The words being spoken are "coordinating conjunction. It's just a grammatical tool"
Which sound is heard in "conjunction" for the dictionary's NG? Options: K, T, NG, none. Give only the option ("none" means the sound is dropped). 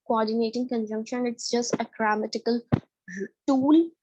NG